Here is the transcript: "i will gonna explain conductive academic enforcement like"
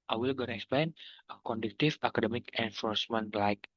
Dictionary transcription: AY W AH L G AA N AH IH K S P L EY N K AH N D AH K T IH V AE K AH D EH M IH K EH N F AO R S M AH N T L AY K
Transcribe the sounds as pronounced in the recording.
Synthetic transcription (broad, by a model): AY W AH L G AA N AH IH K S P L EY N K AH N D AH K T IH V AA K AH D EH M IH K EH N F AO R S M AH N T L AY K